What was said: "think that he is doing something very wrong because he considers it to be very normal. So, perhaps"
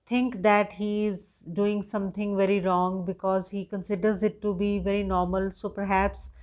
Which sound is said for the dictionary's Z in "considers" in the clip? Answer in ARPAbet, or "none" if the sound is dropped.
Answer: Z